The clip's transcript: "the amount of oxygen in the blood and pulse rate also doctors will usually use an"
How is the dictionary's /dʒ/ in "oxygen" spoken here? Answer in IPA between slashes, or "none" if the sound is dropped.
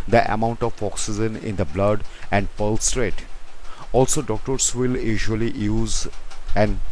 /z/